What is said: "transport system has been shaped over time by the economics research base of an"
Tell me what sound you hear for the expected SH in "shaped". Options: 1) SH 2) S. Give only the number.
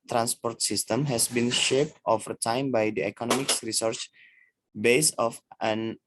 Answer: 1